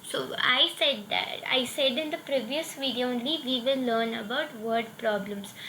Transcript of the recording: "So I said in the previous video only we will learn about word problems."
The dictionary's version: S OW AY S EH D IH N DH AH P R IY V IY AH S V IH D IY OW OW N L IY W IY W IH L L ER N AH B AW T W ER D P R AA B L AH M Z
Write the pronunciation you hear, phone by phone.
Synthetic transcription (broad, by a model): S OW AY S EH D IH N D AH P R IY V IY AH S V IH D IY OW OW N L IY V IY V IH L L ER N AH B AW T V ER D P R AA B L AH M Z